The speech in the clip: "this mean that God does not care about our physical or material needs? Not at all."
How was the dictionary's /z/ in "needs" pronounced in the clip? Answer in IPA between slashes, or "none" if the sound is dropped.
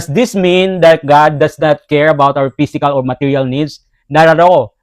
/s/